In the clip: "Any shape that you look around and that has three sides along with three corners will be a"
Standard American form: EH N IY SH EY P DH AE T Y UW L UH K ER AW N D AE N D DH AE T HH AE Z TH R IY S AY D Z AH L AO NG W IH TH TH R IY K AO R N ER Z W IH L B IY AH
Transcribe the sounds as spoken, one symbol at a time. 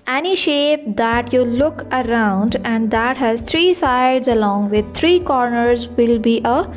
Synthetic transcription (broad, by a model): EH N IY SH EY P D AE T Y UW L UH K ER AW N D AE N D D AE T HH AE Z T R IY S AY D Z AH L AO NG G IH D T R IY K AO R N ER Z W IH L B IY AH